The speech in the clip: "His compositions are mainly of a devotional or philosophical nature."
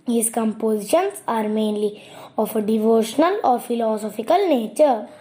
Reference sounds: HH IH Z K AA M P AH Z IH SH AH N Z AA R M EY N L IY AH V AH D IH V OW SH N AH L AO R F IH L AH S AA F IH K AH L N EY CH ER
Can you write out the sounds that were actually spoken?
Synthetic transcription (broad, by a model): HH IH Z K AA M P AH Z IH SH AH N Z AA R M EY N L IY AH F AH D IH V OW SH N AH L AO R F IH L AH S AA F IH K AH L N EY CH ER